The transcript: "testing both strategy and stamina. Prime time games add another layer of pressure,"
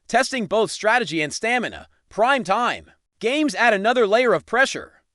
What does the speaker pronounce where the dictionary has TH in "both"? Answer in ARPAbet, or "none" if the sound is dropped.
TH